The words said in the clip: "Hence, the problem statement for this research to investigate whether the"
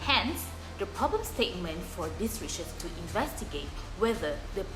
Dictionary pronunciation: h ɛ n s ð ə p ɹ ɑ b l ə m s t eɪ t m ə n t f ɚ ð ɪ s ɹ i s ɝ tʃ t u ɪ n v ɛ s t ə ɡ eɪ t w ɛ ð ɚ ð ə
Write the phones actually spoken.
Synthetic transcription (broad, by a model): h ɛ n s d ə p ɹ ɑ b l ə m s t eɪ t m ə n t f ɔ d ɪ s ɹ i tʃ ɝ s t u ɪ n v ɛ s t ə ɡ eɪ t w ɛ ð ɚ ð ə